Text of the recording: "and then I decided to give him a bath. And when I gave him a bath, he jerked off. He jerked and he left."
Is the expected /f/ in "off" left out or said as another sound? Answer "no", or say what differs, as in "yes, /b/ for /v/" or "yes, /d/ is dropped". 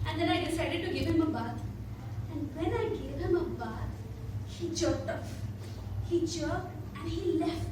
yes, /p/ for /f/